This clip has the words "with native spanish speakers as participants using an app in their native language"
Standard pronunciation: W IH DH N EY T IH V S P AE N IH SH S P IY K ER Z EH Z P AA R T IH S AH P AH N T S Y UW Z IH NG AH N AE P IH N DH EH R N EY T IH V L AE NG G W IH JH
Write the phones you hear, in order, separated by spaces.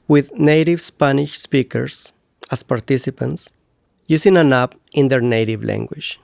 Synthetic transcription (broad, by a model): W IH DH N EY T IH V S P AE N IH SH S P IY K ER S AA S P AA R T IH S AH P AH N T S Y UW S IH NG AH N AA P IH N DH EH R N EY T IH V L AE NG G W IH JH